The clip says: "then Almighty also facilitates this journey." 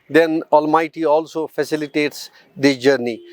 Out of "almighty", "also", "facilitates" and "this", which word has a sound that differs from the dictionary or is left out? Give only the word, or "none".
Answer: this